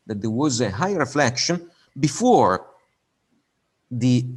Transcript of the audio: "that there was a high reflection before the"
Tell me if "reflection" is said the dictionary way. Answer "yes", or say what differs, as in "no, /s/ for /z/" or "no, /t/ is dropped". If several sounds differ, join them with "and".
yes